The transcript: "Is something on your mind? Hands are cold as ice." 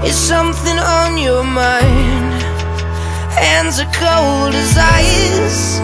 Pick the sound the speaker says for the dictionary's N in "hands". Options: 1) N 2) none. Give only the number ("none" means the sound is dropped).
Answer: 1